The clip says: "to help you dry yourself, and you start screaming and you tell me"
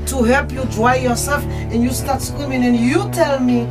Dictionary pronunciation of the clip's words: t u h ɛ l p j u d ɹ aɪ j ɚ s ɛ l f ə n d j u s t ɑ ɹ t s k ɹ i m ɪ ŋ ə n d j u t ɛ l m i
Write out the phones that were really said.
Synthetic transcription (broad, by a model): t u h ɛ l p j u d ɹ aɪ j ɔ s ɛ l f ə n d j u s t ɑ ɹ t s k w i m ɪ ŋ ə n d j u t ɛ l m i